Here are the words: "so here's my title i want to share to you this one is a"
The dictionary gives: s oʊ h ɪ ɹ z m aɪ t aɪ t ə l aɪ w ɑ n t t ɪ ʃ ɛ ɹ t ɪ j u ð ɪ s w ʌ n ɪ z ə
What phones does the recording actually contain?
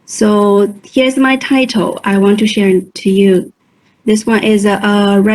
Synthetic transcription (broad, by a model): s oʊ h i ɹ z m aɪ t aɪ t l aɪ w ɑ n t t ɪ ʃ ɛ ɹ t ɪ j u ð ɪ s w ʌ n ɪ z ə